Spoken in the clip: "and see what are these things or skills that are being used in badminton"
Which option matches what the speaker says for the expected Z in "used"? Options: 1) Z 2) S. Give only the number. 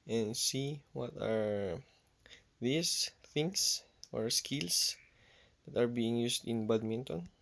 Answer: 2